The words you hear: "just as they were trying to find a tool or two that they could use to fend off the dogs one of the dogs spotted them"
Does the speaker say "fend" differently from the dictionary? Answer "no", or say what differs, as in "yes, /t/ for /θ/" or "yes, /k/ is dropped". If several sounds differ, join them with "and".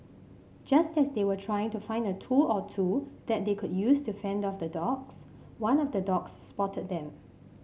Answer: no